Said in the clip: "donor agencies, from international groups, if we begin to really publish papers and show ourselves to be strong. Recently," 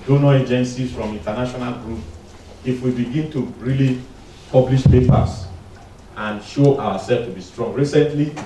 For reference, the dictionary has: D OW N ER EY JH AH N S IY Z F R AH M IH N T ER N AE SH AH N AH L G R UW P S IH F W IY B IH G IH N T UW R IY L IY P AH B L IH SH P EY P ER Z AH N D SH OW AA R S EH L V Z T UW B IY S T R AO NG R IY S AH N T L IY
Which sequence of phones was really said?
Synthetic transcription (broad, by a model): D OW N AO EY JH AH N S IY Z F R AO M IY N T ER N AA SH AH N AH L G R UW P IH F W IY B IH G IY N T UW R IY L IY P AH B L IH SH P EY P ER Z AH N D SH OW AA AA S EH L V T UW B IY S T R AO NG R IY S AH N T L IY